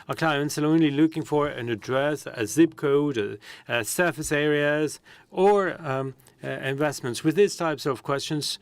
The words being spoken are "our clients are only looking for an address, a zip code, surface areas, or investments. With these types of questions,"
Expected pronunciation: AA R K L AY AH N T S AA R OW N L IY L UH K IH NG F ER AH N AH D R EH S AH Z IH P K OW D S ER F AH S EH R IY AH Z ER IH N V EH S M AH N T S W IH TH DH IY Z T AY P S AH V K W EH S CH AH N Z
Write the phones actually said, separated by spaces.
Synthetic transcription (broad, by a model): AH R K L AY AH N T S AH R OW N L IY L UH K IH NG F ER AH N AH D R EH S AH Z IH B K OW D S ER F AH S EH R IY AH Z ER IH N V EH S M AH N T S W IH DH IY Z T AY P S AH V K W EH S CH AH N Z